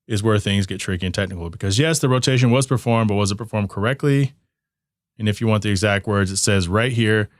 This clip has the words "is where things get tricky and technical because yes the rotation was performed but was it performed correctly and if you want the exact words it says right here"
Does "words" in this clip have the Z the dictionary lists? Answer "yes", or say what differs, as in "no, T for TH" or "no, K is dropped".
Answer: yes